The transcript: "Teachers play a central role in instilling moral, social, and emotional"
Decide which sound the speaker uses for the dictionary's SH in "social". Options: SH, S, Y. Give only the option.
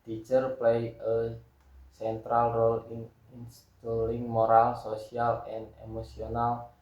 S